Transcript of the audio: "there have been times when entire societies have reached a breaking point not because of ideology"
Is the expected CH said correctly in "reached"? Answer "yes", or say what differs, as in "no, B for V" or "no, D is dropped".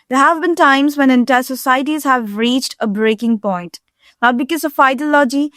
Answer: yes